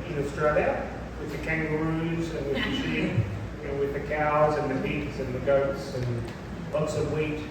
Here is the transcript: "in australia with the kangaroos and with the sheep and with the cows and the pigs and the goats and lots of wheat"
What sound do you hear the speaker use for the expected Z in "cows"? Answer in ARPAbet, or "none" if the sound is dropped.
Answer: Z